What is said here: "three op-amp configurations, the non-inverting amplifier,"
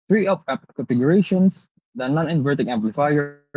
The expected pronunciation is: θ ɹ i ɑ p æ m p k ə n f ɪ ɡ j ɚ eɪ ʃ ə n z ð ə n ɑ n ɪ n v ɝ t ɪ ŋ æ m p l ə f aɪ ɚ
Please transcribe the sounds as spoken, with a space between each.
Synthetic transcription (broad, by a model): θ ɹ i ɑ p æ p k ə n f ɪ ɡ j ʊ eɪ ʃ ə n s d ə n ɑ n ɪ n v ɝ t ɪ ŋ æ m p l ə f aɪ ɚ